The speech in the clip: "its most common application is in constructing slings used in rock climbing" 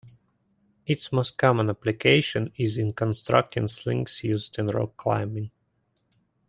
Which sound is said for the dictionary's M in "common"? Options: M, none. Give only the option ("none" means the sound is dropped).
M